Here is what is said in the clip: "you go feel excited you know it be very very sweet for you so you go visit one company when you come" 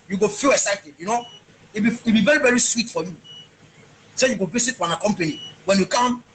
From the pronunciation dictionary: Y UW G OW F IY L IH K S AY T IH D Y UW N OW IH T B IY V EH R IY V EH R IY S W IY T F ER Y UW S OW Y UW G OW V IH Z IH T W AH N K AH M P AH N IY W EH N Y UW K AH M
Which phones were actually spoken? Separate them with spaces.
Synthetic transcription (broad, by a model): Y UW G OW F IY L IH K S AY T IH D Y UW N OW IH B B IY V EH R IY V EH R IY S W IY T F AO Y UW S OW Y UW G OW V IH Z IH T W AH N K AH M P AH N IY W EH N Y UW K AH M